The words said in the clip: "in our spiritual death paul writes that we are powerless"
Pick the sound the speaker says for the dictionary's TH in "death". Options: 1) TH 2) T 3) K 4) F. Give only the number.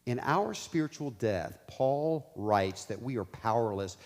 1